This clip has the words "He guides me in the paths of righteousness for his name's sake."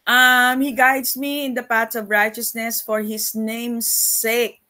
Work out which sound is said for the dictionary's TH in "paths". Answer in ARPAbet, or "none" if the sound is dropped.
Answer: T